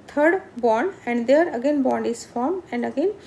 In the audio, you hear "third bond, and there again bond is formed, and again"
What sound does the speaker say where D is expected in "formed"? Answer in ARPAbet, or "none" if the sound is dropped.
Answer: none